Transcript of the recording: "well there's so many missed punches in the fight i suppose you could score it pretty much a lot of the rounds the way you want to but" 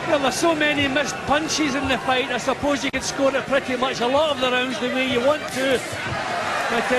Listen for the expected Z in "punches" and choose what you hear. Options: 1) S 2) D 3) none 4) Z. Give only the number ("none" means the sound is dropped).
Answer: 4